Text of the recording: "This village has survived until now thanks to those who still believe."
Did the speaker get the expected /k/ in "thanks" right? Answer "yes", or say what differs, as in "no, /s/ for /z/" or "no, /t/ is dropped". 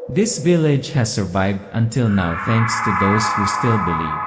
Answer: yes